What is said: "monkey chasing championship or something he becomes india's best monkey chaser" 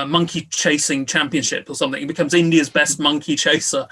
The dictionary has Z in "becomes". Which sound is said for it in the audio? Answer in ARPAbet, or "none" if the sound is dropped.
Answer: Z